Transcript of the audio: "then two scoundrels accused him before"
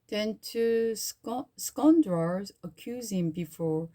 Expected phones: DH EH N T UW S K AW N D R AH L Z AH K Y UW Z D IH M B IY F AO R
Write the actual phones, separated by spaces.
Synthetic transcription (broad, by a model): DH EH N T UW S K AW N D R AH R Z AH K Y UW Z IH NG B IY F AO R